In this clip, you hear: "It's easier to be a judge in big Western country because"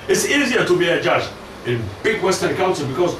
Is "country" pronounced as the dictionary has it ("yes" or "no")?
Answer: no